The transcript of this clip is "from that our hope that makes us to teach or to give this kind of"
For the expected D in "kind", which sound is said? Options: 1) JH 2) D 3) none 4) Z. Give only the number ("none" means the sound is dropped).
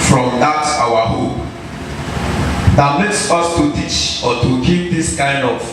2